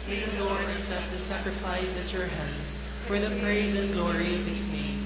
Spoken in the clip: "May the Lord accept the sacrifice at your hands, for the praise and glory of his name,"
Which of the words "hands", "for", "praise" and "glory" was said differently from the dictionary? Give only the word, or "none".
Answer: none